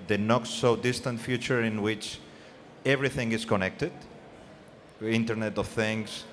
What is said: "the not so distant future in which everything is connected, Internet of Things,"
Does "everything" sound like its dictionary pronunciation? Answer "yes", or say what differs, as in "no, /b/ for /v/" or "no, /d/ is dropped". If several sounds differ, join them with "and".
yes